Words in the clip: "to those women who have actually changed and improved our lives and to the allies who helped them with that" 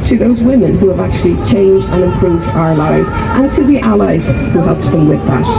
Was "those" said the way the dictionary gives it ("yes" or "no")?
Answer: yes